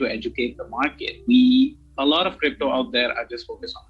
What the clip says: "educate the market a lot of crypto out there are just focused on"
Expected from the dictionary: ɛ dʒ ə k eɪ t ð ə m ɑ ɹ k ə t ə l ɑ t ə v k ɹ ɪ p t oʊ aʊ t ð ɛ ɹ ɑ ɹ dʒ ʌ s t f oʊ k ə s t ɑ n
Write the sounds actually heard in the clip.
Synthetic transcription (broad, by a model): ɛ dʒ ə k eɪ t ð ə m ɑ ɹ k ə t ə l ɑ t ə v k ɹ ɪ p t oʊ aʊ t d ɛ ɹ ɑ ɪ dʒ ʌ s t f oʊ k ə s ɑ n